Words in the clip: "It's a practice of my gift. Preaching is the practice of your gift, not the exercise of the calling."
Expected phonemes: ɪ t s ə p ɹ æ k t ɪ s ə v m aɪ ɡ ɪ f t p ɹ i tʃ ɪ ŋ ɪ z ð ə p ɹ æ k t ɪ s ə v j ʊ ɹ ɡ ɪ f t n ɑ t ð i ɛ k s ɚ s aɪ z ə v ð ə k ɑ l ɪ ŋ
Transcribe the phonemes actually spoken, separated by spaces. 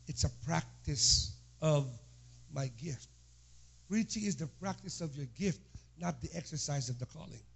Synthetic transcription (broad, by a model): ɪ t s ə p ɹ æ k t ɪ s ə v m aɪ ɡ ɪ f t p ɹ i tʃ ɪ ŋ ɪ z ð ə p ɹ æ k t ɪ s ə v j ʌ ɹ ɡ ɪ f t n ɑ t ð i ɛ k s ɚ s aɪ z ə v ð ə k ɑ l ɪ ŋ